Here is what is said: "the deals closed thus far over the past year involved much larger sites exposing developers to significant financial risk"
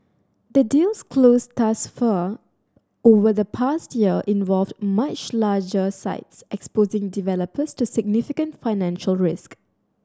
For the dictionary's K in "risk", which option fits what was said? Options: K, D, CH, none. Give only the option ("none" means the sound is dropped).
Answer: K